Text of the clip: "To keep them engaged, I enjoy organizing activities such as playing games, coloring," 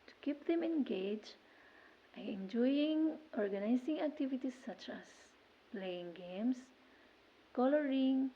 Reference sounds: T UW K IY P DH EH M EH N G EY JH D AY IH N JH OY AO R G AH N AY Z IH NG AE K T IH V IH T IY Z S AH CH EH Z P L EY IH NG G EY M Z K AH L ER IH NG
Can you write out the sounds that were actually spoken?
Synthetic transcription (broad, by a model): T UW K IY P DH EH M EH N G EY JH AY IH N JH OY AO R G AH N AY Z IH NG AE K T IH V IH T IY S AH CH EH S P L EY IH NG G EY M S K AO L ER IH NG